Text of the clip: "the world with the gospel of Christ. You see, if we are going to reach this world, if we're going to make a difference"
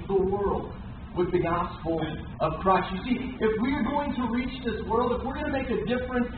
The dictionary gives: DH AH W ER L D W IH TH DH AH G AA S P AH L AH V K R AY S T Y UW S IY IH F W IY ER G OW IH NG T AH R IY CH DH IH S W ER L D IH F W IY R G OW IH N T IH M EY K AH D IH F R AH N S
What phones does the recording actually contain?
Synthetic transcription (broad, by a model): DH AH W ER L D W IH DH AH G AA S P L AH V K R AY S T Y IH S IY IH F W IY ER G OW IH NG T AH R IY CH DH IH S W ER L D IH F W IY R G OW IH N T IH M EY K AH D IH F R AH N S